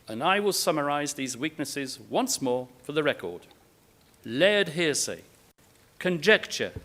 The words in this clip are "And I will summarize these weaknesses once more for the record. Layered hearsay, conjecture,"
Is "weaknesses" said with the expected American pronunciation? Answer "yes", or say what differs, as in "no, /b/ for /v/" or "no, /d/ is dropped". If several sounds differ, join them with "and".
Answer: yes